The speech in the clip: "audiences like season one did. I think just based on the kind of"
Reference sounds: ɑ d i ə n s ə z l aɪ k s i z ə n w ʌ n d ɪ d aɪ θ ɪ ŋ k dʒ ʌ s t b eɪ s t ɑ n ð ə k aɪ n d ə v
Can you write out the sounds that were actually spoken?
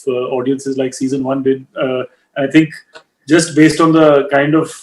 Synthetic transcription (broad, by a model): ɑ d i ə n s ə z l aɪ k s i z ə n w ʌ n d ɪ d aɪ t ɪ ŋ k dʒ ʌ s t b eɪ s t ɑ n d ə k aɪ n d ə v